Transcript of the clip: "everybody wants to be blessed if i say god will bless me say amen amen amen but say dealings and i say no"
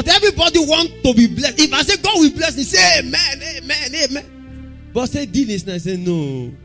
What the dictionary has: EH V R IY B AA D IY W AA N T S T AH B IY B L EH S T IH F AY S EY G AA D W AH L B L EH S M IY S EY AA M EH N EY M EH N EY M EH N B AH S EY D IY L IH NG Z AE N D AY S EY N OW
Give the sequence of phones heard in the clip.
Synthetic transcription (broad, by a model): EH V R IY B AA D IY W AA N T T AH B IY B L EH S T IH F AY S EY G AA D W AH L B L EH S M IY S EY M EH N EY M EH N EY M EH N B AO S EY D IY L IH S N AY S EY N OW